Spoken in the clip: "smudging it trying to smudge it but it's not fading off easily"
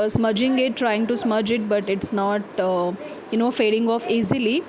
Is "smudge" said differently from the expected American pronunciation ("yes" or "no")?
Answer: no